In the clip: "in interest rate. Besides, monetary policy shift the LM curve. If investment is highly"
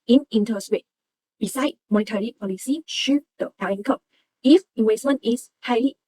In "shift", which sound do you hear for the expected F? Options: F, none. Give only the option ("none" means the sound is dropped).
none